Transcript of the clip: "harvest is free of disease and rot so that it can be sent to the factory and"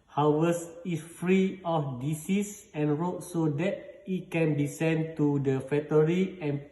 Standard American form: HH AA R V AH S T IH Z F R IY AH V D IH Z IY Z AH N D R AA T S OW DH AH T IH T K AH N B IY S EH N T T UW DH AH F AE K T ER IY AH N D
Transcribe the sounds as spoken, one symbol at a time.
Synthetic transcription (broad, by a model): HH AA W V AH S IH S F R IY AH F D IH S IY S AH N R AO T S OW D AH T IH T K AH N B IY S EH N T T UW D AH F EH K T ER IY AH N